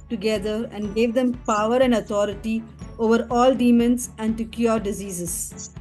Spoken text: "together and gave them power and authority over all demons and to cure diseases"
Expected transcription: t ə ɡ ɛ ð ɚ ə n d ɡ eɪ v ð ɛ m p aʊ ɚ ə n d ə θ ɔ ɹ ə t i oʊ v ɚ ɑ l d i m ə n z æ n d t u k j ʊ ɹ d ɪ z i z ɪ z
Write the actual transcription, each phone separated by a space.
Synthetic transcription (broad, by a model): t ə ɡ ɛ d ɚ ə n d ɡ eɪ v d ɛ m p aʊ ɚ ə n d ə t ɔ ɹ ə t i oʊ v ɚ ɑ l d i m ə n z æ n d t u k j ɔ ɹ d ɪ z i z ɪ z